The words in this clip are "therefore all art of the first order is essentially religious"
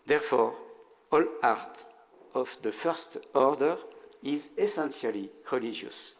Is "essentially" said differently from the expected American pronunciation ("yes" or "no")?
yes